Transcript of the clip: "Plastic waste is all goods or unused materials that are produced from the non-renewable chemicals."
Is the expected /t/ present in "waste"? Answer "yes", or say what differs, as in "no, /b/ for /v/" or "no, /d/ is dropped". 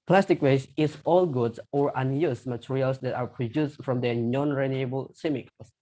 no, /t/ is dropped